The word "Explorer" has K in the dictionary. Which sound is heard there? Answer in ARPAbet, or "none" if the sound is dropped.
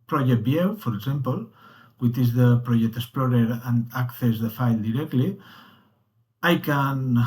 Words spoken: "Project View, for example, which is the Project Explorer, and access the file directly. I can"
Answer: none